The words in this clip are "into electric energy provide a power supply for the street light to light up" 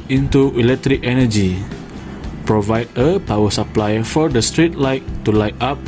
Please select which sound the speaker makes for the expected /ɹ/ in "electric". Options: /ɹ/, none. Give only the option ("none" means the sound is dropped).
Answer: /ɹ/